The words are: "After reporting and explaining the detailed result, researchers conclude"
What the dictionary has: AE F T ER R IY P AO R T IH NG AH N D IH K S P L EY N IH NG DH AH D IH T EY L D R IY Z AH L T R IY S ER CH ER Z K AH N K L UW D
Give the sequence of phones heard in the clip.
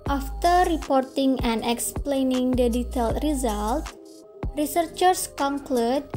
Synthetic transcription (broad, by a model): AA F T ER R IY P AO R T IH NG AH N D IH K S P L EY N IH NG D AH D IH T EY L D R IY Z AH L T R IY S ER CH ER S K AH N K L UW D